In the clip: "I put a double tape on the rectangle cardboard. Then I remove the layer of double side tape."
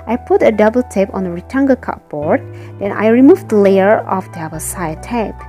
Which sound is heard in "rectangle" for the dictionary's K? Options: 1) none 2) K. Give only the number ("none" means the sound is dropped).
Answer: 1